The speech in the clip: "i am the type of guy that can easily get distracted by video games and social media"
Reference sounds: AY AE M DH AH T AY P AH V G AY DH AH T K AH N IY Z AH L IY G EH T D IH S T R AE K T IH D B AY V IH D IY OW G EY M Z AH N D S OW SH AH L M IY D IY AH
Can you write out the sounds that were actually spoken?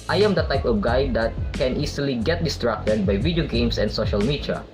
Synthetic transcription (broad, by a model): AY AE M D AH T AY P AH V G AY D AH T K AH N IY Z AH L IY G EH T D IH S T R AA K T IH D B AY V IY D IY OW G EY M S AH N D S OW SH AH L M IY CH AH